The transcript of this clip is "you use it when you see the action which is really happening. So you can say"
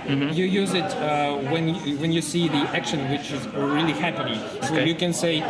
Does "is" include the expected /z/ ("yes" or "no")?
yes